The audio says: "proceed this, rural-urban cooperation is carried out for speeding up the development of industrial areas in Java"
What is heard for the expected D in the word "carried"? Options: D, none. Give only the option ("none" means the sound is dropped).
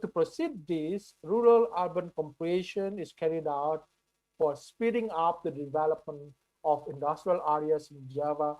D